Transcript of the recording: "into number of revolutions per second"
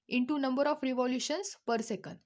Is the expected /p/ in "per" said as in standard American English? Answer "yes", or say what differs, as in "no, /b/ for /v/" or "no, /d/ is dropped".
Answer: yes